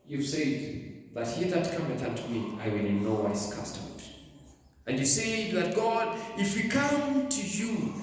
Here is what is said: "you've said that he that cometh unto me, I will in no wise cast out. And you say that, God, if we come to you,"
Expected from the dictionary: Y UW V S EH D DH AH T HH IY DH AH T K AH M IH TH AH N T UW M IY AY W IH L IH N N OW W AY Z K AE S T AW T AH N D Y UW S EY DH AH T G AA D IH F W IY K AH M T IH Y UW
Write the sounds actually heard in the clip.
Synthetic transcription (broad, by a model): Y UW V S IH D DH AH T HH IY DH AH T K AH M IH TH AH T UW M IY AY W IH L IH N N OW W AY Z K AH S T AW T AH N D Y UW S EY DH AH T G AA D IH F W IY K AH M T IH Y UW